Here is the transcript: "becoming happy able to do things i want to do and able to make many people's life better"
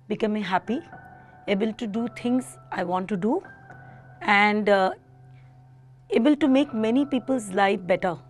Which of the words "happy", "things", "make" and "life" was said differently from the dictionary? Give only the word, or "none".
things